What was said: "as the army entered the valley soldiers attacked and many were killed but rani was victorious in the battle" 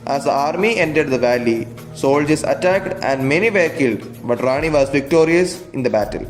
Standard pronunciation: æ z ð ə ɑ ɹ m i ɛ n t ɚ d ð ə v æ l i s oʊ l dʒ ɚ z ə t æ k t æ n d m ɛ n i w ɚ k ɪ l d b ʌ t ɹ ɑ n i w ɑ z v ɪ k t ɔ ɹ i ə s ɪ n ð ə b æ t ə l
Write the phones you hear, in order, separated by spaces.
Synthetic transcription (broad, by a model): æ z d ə ɑ ɹ m i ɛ n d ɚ d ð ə v æ l i s oʊ l dʒ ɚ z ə t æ k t æ n d m ɛ n i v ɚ k ɪ l d b ʌ t ɹ ɑ n i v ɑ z v ɪ k t ɔ ɹ i ə s ɪ n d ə b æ t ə l